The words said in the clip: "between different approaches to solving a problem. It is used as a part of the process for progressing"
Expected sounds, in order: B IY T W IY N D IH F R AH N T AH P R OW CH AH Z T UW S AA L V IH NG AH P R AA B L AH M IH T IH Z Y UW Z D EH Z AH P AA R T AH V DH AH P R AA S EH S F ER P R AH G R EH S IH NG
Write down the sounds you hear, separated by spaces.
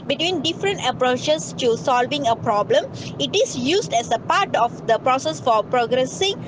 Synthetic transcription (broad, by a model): B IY T W IY N D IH F R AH N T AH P R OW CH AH S T UW S AA L V IH NG AH P R AA B L AH M IH T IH S Y UW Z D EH S AH P AA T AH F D AH P R AA S EH S F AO P R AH G R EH S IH NG